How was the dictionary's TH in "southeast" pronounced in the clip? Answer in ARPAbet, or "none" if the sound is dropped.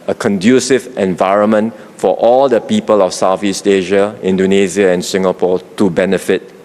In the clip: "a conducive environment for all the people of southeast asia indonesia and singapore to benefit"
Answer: F